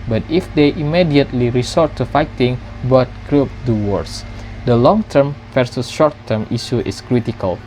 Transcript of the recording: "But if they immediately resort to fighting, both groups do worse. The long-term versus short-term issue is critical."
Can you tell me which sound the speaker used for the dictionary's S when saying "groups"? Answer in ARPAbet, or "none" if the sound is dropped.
none